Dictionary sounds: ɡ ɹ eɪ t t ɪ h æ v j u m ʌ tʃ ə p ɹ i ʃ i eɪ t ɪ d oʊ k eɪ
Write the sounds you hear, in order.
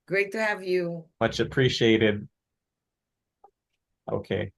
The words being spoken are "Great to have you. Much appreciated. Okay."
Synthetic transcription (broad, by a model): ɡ ɹ eɪ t t ɪ h æ v j u m ʌ tʃ ə p ɹ i ʃ i eɪ t ɪ d oʊ k eɪ